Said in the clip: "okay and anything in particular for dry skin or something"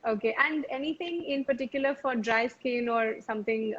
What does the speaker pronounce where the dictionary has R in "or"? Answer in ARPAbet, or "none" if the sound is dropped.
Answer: R